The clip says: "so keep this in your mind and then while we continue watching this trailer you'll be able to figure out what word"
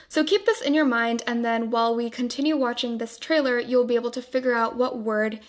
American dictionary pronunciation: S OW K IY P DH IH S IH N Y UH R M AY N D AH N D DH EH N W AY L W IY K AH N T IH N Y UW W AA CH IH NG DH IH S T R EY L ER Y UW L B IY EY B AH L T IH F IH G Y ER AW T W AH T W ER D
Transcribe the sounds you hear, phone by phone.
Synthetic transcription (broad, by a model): S OW K IY P DH IH S IH N Y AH R M AY N D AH N DH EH N W AY L W IY K AH N T IH N Y UW W AA CH IH NG DH IH S T R EY L ER Y UW L B IY EY B L T IH F IH G Y ER AW T W AH T W ER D